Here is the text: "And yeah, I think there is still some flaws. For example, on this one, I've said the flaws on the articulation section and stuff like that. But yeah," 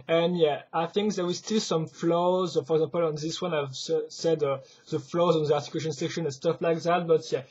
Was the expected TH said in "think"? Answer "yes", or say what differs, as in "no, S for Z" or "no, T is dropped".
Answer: yes